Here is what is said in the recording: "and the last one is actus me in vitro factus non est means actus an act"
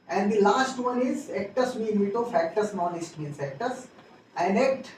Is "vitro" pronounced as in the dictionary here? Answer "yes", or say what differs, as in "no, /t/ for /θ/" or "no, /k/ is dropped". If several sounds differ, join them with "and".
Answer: no, /ɹ/ is dropped